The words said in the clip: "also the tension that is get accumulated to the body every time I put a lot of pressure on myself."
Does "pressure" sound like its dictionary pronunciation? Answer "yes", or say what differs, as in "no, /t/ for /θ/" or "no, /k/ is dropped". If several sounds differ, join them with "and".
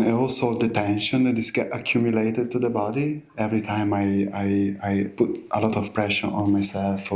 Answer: yes